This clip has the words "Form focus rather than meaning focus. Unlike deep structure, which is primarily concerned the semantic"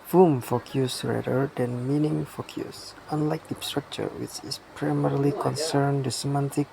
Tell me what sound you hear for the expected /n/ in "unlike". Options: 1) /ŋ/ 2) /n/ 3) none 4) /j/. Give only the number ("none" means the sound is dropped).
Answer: 2